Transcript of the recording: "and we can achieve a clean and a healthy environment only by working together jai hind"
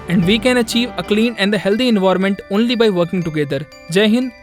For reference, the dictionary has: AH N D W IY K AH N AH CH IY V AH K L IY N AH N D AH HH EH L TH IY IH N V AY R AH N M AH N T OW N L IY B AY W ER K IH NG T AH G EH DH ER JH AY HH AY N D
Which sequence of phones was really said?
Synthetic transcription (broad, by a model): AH N D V IY K AH N AH CH IY V AH K L IY N AH N D AH HH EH L T IY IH N V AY R M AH N T OW N L IY B AY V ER K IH NG T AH G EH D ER JH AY HH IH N